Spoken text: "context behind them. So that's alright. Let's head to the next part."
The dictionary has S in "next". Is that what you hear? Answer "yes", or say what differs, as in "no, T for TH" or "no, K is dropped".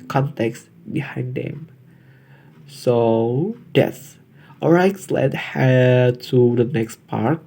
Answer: yes